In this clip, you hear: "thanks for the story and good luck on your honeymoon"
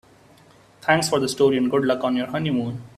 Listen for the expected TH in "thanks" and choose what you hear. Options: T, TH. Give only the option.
T